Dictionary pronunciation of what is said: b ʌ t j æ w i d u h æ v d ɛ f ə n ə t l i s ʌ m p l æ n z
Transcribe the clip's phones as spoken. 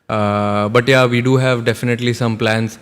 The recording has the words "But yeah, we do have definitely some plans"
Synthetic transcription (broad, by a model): b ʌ t j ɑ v i d u h æ v d ɛ f ə n ə t l i s ʌ m p l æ n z